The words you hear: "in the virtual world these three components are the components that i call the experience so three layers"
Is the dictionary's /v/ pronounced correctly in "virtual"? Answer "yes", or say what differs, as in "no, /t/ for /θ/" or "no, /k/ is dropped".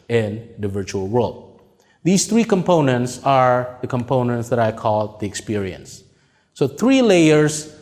yes